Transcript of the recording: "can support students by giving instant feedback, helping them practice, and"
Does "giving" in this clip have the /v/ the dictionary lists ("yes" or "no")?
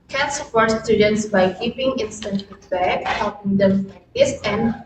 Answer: no